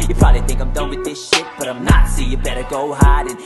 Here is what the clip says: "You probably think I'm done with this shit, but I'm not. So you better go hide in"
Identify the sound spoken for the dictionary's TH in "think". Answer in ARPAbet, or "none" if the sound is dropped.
TH